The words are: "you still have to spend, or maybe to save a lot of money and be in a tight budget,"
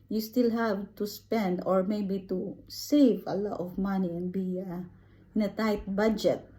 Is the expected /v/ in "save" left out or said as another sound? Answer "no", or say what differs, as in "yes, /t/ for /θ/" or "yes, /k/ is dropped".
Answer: no